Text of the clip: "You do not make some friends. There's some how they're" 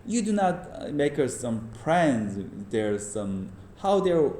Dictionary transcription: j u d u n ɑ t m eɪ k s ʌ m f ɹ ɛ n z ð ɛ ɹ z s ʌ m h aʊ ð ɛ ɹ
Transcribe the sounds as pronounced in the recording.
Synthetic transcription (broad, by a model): j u d u n ɑ t m eɪ k s ʌ m p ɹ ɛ n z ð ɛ ɹ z s ʌ m h aʊ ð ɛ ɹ